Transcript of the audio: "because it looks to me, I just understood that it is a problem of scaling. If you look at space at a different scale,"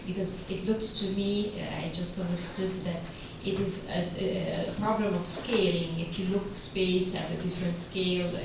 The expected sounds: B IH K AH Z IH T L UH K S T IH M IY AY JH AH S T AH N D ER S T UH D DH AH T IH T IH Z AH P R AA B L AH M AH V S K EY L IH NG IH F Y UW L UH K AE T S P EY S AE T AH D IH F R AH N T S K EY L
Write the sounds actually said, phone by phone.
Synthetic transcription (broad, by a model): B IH K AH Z IH T L UH K S T IH M IY AY JH AH S T AH N D ER S T UH D DH AH T IH T IH Z AH P R AA B L AH M AH V S K EY L IH NG IH F Y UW L UH K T S P EY S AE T AH D IH F R AH N T S K EY L